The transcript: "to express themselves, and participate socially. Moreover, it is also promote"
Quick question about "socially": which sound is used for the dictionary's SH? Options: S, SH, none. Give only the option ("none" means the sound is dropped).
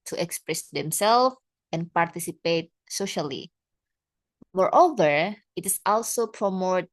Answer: SH